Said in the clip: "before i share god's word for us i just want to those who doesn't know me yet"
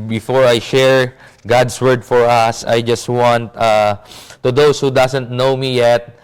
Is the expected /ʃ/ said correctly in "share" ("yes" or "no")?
yes